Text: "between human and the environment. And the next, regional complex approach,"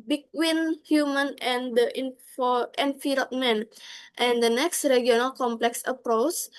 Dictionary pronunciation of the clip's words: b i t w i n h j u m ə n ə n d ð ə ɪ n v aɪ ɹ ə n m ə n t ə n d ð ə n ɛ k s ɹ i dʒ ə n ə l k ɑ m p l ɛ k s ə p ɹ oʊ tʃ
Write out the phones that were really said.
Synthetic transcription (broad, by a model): b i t w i n h j u m ə n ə n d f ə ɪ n f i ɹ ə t m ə n t ə n d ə n ɛ k s ɹ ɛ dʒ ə n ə l k ɑ m p l ɛ k s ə p ɹ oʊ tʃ